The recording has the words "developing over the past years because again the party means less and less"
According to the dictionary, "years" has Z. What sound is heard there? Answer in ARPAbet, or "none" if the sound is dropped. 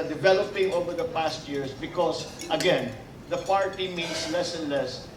S